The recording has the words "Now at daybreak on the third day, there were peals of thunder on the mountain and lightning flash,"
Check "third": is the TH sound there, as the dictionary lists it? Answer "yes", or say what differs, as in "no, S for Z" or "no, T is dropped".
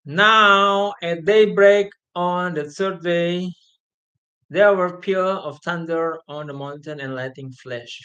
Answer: no, S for TH